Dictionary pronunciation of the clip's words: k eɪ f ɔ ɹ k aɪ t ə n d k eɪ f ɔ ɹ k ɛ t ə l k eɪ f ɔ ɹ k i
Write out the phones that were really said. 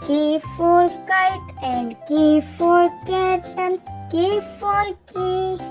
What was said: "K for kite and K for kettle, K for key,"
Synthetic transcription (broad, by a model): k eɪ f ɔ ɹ k aɪ t ə n d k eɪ f ɔ ɹ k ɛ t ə n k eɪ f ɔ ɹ k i